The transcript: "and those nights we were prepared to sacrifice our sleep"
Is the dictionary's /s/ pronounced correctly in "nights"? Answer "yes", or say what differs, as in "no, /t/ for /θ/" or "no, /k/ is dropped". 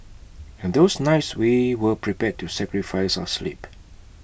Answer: yes